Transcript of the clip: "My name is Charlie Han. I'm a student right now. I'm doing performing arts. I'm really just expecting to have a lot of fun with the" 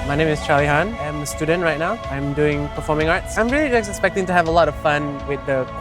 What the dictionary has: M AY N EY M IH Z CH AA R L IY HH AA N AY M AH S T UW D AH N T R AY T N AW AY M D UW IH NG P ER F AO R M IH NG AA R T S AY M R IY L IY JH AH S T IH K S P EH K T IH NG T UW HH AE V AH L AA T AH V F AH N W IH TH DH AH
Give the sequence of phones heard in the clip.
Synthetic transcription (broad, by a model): M AY N EY M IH S CH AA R L IY HH AA N AY M AH S T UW D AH N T R AY T N AW AY M D UW IH NG P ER F AO M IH NG AA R T S AY M R IY L IY JH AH S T IH K S P EH K T IH NG T UW HH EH V AH L AA T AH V F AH N W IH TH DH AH